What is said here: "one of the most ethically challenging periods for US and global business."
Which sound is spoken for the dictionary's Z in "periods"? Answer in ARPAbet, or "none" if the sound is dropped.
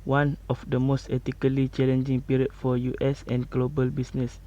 none